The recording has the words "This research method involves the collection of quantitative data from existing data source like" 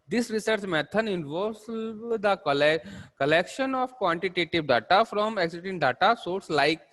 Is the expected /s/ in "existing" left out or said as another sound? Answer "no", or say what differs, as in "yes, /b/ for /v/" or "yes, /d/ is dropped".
yes, /s/ is dropped